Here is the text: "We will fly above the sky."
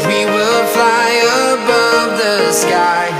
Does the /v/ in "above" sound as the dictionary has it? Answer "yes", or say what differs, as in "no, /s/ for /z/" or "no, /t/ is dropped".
yes